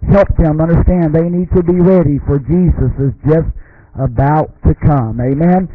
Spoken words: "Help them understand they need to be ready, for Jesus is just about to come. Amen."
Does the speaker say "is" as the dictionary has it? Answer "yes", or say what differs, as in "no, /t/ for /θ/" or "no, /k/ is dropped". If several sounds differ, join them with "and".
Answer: yes